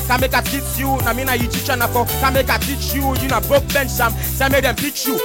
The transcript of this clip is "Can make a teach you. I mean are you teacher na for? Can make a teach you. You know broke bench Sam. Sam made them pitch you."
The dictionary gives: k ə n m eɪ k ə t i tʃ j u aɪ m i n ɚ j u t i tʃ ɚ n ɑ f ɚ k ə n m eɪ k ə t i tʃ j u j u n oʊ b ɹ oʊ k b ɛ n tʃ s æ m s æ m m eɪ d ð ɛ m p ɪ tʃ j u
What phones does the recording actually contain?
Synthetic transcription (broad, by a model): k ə m eɪ k ə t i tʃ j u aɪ m i n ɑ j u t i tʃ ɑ n ɑ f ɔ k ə m eɪ k ə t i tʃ j u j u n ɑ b oʊ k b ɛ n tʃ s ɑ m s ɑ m m eɪ d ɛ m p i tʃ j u